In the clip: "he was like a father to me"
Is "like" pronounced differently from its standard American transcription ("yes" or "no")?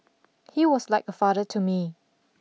no